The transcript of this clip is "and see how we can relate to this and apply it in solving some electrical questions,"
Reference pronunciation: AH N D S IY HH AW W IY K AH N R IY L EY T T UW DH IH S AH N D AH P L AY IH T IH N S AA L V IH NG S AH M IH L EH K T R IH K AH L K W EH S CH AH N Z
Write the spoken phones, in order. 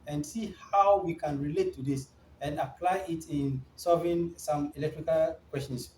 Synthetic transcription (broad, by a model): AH N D S IY HH AW W IY K AH N R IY L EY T T UW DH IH S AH N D AH P L AY IH T IH N S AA V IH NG S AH M IH L EH K T R IH K AH L K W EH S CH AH N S